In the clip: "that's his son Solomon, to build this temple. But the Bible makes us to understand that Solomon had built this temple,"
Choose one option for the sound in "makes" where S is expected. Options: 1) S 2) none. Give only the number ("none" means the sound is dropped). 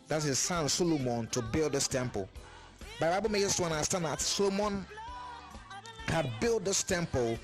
2